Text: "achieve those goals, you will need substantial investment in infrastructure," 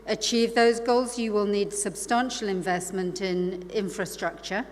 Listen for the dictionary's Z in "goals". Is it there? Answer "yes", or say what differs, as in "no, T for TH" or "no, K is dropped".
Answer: yes